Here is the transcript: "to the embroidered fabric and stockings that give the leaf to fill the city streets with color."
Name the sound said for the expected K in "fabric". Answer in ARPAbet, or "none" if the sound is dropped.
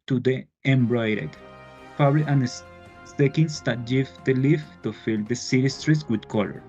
none